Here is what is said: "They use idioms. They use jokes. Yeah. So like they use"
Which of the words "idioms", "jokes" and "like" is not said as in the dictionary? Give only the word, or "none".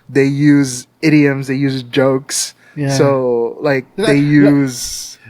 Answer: none